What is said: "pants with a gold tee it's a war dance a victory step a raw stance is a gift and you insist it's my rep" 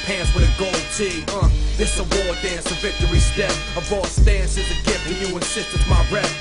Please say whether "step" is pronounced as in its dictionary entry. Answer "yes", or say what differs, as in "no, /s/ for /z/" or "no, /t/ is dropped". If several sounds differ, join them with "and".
no, /p/ is dropped